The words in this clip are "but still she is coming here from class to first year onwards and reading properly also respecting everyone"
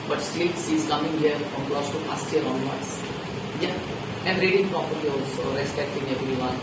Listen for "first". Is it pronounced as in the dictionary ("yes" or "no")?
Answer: no